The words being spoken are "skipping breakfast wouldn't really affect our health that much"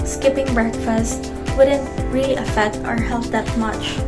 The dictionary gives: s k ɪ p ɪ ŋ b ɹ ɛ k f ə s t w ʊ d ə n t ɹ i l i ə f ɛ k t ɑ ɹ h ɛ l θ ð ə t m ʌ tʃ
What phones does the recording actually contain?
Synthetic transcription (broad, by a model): s k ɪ p ɪ ŋ b ɹ ɛ k f ə s t w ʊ d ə n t ɹ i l i ə f ɛ k t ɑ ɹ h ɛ l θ ð ə t m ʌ tʃ